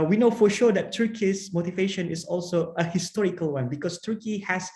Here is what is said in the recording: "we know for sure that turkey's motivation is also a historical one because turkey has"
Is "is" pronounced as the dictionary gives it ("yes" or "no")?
no